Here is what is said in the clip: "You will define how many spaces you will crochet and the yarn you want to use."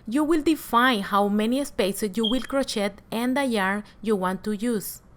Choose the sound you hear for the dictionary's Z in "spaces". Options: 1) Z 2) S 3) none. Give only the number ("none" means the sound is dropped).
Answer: 2